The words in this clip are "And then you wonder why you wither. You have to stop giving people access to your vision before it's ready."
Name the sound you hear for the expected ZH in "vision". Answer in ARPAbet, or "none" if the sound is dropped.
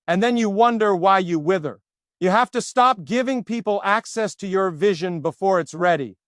ZH